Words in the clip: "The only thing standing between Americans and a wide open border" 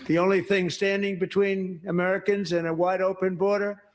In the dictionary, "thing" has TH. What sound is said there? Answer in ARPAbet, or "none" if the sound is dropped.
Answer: TH